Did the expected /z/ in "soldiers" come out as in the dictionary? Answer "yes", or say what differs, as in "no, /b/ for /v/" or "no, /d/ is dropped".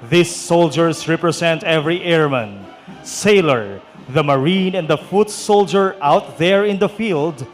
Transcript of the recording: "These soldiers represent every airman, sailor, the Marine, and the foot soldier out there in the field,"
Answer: no, /s/ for /z/